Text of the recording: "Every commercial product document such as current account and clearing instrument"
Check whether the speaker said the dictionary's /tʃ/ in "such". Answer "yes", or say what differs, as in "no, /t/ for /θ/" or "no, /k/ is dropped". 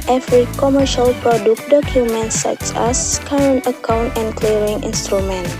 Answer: no, /s/ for /tʃ/